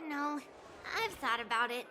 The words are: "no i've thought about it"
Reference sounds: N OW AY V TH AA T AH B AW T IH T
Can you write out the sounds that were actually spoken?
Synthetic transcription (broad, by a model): N OW AY V TH AA T AH B AW T IH T